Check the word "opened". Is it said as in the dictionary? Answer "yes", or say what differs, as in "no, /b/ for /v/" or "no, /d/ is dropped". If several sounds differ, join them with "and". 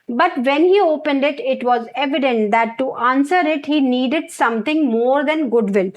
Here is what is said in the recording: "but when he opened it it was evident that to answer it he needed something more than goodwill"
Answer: yes